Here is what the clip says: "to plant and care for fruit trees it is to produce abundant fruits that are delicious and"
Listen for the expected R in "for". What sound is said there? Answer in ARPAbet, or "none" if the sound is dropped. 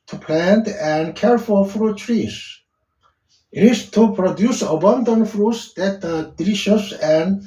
L